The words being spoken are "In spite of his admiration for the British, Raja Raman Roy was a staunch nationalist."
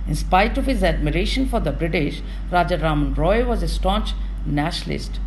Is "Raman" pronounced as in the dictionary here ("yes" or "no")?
yes